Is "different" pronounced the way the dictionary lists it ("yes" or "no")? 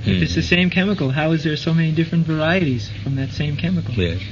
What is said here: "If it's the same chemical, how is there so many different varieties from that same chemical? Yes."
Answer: yes